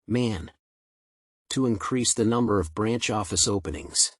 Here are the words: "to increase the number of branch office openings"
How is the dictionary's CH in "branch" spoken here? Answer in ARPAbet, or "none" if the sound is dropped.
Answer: CH